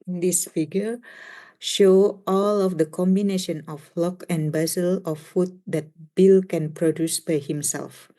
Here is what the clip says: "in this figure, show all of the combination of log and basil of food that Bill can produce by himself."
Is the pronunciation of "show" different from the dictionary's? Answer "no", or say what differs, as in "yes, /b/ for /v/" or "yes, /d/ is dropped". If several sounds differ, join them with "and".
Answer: no